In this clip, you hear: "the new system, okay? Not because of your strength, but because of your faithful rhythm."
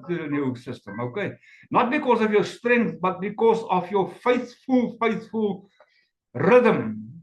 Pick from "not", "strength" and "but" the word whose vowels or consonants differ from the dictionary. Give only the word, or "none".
none